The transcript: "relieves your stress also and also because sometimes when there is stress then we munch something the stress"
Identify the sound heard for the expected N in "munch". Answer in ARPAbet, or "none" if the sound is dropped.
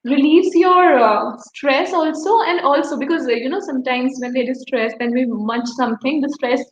none